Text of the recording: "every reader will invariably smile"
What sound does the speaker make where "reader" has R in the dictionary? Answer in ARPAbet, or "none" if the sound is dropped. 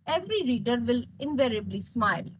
R